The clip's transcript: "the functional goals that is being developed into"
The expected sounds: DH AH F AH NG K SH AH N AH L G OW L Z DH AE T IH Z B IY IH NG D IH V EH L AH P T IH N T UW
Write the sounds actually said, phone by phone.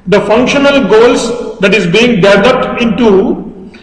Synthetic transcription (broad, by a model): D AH F AH NG K SH AH N AH L G OW L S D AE T IH Z B IY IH NG D IH V EH L AH P T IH N T UW